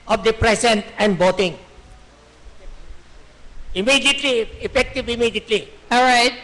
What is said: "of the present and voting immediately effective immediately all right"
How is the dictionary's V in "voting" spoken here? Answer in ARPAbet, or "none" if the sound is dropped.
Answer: B